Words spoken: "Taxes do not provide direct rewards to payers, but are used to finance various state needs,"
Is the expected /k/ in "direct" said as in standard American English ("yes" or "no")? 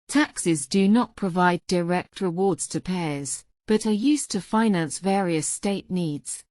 yes